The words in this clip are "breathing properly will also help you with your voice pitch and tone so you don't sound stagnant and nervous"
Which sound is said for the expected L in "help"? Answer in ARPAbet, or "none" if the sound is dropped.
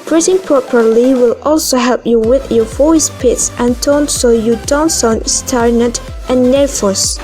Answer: L